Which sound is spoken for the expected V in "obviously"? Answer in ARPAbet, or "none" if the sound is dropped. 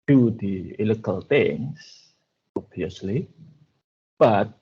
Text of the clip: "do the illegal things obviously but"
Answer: none